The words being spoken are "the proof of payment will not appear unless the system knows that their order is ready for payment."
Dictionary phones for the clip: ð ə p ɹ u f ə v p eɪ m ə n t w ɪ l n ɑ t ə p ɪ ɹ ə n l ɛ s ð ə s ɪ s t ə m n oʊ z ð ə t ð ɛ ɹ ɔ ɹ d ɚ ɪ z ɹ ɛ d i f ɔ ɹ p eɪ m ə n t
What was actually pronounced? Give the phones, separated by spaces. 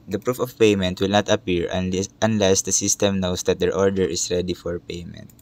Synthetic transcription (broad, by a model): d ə p ɹ u f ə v p eɪ m ə n t w ɪ l n ɑ t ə p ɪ ɹ ə n l ɛ s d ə s ɪ s t ə m n oʊ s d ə t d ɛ ɹ ɔ ɹ d ɚ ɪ s ɹ ɛ d i f ɔ ɹ p eɪ m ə n t